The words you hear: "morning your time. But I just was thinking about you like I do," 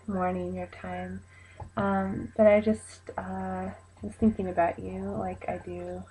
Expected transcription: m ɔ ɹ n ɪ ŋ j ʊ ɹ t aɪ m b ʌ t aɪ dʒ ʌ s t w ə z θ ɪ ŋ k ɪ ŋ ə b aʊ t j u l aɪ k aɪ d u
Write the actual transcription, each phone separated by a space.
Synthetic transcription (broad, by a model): m ɔ ɹ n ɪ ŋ j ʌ ɹ t aɪ m b ʌ t aɪ dʒ ʌ s t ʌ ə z θ ɪ ŋ k ɪ ŋ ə b aʊ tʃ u l aɪ k aɪ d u